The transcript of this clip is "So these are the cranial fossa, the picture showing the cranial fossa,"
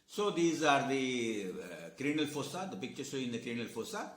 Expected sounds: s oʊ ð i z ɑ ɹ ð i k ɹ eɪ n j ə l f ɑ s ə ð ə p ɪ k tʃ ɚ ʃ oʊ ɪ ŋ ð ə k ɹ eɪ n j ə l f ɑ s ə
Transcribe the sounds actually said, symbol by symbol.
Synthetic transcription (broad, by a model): s oʊ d i z ɑ ɹ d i k ɹ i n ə l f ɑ s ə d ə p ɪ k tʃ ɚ s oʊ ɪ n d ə k ɹ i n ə l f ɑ s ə